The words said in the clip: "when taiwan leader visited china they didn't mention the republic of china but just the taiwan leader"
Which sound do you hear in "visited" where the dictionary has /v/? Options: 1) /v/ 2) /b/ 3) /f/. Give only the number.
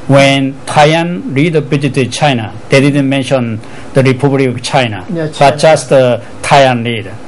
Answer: 2